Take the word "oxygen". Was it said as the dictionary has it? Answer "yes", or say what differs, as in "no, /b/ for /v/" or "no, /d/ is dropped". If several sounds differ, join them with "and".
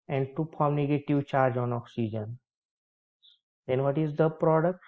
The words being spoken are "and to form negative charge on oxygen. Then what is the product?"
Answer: yes